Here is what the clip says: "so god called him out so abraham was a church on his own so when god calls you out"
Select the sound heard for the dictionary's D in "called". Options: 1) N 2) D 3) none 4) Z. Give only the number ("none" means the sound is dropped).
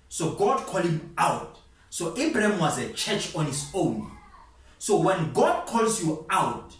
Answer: 3